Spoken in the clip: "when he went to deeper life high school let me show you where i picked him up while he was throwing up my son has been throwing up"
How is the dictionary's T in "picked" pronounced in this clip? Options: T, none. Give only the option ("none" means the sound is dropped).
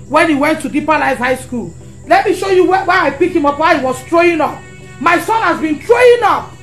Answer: none